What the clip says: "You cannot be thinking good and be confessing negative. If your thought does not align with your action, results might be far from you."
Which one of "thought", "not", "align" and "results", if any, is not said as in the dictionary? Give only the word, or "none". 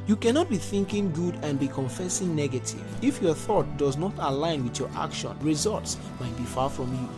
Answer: none